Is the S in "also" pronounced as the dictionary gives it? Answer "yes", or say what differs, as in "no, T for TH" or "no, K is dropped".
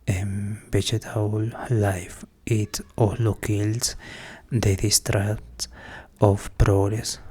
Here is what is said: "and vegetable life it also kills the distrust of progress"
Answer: no, S is dropped